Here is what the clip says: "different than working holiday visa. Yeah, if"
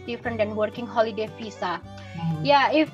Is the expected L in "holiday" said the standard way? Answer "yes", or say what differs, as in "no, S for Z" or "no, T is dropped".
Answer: yes